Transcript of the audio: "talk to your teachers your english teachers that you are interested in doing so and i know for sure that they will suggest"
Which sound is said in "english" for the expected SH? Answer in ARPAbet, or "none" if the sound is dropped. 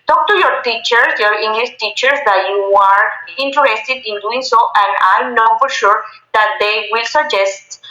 S